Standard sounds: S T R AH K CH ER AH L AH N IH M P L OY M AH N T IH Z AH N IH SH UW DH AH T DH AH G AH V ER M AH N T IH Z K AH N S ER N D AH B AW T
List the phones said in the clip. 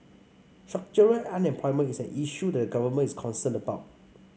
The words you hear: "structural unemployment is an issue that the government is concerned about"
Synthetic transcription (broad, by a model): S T R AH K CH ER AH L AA N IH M P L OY M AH N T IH S AH N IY SH UW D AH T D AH G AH V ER M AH N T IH S K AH N S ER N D AH B AW T